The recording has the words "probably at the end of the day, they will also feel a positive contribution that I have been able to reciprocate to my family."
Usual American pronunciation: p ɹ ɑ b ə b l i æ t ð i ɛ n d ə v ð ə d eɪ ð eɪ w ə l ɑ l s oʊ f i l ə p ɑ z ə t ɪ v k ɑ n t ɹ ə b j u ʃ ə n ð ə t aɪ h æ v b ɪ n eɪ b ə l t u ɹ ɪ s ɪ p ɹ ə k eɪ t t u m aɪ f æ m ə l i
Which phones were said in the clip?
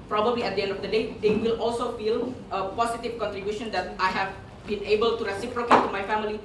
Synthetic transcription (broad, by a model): p ɹ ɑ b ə b l i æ t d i ɛ n d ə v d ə d eɪ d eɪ w ə l ɑ l s oʊ f i l ə p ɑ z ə t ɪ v k ɑ n t ɹ ə b j u ʃ ə n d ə t aɪ h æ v b ɪ n eɪ b ə l t u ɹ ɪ s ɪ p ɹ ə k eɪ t t u m aɪ f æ m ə l i